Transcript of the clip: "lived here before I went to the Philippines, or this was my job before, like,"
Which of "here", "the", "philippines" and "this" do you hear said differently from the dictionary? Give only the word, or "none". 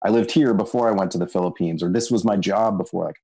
none